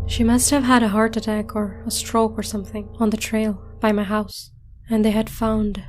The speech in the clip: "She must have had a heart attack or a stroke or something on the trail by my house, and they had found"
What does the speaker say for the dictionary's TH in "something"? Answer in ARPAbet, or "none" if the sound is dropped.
TH